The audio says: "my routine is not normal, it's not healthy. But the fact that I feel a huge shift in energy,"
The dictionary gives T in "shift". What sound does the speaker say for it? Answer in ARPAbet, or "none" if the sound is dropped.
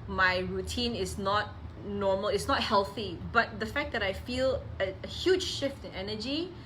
T